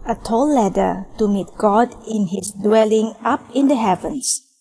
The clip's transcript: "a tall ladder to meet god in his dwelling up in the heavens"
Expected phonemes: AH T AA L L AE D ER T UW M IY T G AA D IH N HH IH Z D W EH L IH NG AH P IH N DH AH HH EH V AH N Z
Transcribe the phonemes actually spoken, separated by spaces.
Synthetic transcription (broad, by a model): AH T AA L L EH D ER T UW M IY T G AA D IH N HH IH S D W EH L IH NG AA P IH N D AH HH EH V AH N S